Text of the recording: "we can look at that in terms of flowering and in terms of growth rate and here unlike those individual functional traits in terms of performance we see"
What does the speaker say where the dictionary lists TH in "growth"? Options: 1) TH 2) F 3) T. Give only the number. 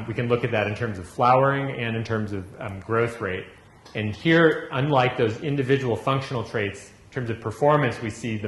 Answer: 1